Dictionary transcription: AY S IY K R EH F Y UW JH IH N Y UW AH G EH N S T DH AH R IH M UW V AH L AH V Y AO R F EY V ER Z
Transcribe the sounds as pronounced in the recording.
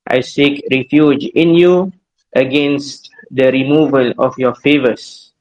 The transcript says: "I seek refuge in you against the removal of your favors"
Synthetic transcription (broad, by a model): AY S IY K R EH F Y UW JH IH N Y UW AH G EH N S T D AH R IH M UW V AH L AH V Y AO F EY V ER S